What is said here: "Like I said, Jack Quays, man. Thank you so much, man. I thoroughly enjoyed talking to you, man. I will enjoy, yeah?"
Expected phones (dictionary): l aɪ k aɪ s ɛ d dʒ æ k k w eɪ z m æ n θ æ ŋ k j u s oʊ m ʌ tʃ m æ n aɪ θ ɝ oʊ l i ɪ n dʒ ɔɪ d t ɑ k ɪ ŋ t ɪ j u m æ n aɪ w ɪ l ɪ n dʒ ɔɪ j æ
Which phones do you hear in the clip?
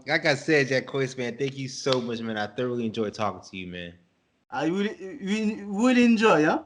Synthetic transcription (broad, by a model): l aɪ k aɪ s ɛ d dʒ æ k k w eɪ s m æ n θ æ ŋ k j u s oʊ m ʌ tʃ m æ n aɪ θ ɝ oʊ l i ɪ n dʒ ɔɪ d t ɑ k ɪ ŋ t ɪ j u m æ n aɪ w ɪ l ɪ n dʒ ɔɪ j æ